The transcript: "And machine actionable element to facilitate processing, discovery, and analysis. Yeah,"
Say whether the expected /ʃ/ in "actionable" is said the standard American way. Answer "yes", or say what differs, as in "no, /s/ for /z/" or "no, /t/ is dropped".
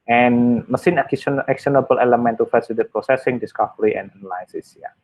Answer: no, /s/ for /ʃ/